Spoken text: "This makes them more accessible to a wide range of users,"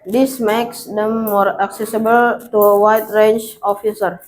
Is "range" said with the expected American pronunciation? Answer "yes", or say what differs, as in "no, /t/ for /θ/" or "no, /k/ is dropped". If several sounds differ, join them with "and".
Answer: no, /tʃ/ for /dʒ/